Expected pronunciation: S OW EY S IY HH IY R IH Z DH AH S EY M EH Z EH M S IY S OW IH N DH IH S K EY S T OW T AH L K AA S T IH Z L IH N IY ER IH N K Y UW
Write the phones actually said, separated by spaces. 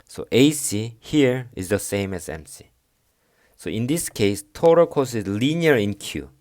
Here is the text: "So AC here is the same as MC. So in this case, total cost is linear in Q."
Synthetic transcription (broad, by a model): S OW EY S IY HH IY R IH Z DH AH S EY M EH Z EH M S IY S OW IH N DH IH S K EY S T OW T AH K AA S IH Z L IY N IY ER IH N K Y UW